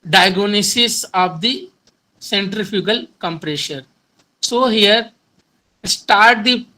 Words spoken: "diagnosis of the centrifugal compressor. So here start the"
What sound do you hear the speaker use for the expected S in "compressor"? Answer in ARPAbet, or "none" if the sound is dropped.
SH